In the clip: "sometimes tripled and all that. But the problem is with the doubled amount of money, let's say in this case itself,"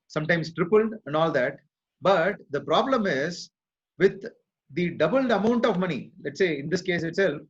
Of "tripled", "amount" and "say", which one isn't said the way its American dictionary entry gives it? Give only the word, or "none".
none